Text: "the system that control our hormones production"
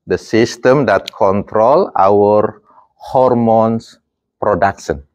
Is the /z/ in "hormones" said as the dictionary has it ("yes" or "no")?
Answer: no